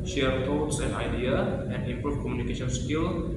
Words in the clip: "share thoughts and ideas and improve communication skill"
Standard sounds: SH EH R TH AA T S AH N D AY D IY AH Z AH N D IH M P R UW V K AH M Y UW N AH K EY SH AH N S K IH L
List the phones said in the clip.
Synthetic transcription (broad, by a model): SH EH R T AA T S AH N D AY D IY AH AH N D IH M P R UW F K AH M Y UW N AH K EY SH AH N S K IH L